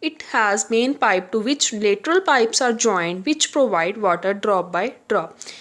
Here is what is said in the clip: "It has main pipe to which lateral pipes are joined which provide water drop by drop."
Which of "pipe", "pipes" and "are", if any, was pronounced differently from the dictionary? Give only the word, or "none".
none